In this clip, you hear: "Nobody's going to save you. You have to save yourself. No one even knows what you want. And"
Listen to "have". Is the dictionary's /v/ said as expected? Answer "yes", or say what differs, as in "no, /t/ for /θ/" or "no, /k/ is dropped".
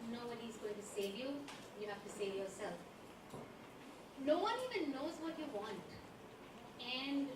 no, /f/ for /v/